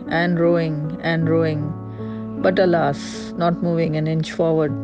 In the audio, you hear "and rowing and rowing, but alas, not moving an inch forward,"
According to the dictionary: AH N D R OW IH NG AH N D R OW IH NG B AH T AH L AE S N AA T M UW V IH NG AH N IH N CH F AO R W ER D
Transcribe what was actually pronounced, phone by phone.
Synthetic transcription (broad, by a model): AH N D R OW IH NG AH N D R OW IH NG B AH T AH L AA S N AA T M UW V IH NG AH N IH N CH F AO R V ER D